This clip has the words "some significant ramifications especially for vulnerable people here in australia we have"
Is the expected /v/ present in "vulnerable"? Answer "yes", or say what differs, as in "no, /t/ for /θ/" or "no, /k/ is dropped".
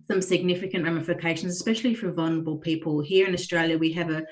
yes